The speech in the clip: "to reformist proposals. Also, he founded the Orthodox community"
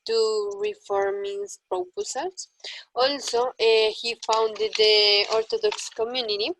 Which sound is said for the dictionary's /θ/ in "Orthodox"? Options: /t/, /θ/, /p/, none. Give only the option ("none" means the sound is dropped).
/t/